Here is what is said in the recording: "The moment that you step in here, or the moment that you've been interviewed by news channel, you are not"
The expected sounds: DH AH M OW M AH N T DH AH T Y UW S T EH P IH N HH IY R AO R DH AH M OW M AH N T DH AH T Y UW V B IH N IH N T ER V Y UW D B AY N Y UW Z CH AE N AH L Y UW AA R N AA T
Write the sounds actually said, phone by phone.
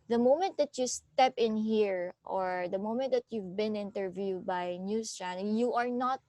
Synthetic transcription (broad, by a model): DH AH M OW M AH N T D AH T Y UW S T EH P IH N HH IY R AO R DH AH M OW M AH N T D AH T Y UW V B IH N IH N T ER V Y UW D B AY N Y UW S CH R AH N Y UW AA R N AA T